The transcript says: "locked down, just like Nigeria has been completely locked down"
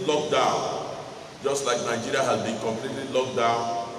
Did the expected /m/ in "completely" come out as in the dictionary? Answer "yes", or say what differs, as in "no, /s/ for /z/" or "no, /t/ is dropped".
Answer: yes